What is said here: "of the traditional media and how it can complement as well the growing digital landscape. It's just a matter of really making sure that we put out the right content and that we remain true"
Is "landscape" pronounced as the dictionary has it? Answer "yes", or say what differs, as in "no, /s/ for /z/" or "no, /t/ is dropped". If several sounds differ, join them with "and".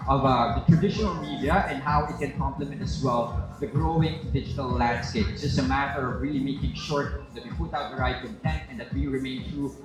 no, /p/ is dropped